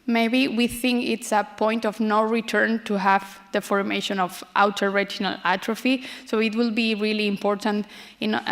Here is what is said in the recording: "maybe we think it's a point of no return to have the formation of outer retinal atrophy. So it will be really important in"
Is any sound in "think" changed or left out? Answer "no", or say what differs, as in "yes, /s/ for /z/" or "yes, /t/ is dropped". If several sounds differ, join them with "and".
no